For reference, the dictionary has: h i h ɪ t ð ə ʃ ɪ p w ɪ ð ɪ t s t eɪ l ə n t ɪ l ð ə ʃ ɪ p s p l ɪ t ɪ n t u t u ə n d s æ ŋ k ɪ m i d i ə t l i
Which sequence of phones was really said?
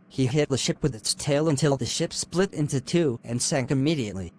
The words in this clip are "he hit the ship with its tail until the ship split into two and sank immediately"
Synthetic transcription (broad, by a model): h i h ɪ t ð ə ʃ ɪ p w ɪ ð ɪ t s t eɪ l ə n t ɪ l ð ə ʃ ɪ p s p l ɪ t ɪ n t u t u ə n s æ ŋ k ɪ m i d i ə t l i